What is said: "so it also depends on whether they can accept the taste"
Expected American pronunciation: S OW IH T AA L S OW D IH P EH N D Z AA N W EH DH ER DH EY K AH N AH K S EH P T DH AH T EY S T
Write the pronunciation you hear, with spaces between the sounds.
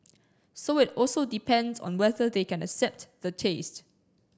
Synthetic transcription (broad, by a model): S OW IH T AA L S OW D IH P EH N D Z AA N W EH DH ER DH EY K AH N AH K S EH P T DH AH T EY S T